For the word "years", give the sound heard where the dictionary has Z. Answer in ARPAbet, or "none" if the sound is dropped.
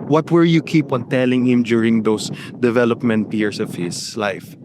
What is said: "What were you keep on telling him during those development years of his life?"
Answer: S